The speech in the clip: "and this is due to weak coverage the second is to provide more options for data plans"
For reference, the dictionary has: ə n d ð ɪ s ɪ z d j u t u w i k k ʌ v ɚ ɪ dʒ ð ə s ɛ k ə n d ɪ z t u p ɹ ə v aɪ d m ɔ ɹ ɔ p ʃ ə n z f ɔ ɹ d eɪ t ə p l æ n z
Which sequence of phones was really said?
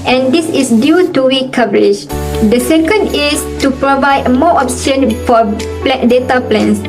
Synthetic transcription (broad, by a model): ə n d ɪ s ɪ s d j u t u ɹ i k k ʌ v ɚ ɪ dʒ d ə s ɛ k ə n d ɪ s t u p ɹ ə v aɪ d m ɔ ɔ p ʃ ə n f ɔ l d eɪ t ə p l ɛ n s